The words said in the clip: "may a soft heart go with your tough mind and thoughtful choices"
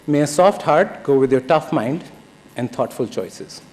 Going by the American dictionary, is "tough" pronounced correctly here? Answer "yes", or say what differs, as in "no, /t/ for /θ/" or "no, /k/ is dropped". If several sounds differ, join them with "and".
yes